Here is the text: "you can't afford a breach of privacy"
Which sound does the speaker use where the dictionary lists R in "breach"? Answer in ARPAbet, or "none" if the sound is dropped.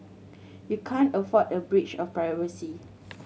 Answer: R